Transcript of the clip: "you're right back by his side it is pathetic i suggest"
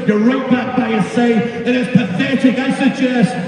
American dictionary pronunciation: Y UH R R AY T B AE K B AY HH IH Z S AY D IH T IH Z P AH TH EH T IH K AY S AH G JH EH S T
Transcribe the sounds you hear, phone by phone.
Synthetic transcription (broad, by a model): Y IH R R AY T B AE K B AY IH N S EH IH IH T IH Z P AH TH EH T IH K AY S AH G JH EH S T